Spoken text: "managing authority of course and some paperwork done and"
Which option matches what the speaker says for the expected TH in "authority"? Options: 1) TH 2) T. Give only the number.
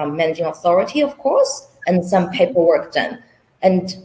1